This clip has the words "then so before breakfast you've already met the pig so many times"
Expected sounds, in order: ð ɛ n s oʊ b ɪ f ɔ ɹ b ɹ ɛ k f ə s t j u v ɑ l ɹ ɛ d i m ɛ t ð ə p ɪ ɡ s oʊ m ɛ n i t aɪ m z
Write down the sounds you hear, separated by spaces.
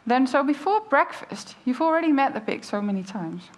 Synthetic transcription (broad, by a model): ð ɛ n s oʊ b ɪ f ɔ ɹ b ɹ ɛ k f ə s t j u v l ɹ ɛ d i m ɛ t ð ə b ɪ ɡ s oʊ m ɛ n i t aɪ m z